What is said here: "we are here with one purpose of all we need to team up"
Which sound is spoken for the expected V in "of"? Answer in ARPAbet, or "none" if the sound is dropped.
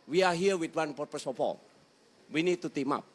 P